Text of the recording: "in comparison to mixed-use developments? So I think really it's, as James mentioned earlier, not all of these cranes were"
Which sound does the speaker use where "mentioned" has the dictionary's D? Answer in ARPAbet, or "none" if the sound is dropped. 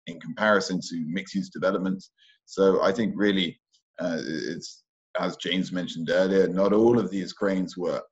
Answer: D